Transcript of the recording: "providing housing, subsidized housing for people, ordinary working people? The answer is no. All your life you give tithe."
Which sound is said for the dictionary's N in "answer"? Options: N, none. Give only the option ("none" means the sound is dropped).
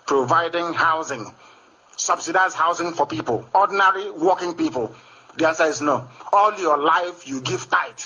none